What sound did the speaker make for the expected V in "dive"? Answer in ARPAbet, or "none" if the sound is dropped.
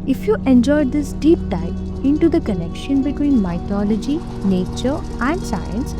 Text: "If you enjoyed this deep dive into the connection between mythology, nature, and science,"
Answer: P